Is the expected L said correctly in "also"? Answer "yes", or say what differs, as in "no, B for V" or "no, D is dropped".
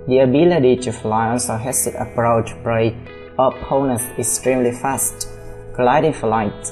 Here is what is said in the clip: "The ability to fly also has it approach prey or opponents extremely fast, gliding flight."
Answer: no, N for L